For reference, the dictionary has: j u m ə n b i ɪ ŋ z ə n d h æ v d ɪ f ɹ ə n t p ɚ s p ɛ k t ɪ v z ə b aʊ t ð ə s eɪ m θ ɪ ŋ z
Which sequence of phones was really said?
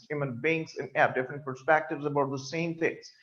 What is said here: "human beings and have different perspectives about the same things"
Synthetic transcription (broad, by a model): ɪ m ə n b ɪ ŋ s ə n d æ p d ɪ f ɹ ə n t p ɚ s p ɛ k t ɪ v z ə b aʊ t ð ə s eɪ m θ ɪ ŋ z